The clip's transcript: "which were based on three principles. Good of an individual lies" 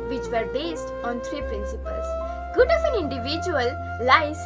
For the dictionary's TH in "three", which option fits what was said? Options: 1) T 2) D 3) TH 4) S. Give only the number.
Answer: 1